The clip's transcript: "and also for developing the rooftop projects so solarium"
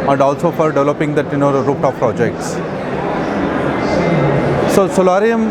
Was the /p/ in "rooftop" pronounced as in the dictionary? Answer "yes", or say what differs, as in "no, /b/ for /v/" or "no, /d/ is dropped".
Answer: no, /f/ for /p/